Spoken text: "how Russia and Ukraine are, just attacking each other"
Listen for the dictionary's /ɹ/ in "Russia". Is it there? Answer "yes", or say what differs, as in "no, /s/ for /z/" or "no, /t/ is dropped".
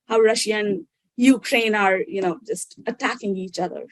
yes